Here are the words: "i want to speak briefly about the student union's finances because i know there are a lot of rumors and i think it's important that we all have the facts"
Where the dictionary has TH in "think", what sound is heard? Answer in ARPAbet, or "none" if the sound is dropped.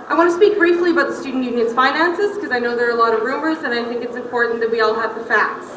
TH